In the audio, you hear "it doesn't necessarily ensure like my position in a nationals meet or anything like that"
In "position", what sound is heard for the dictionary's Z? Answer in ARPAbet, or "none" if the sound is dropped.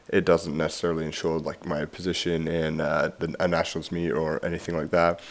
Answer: Z